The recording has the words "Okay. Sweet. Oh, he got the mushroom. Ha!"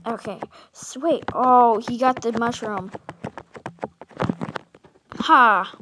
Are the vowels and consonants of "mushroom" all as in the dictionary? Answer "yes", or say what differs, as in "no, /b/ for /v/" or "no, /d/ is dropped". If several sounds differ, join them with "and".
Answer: yes